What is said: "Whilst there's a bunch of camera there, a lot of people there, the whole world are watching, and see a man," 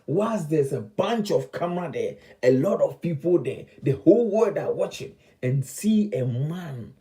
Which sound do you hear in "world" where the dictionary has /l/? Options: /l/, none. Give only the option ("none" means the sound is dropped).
none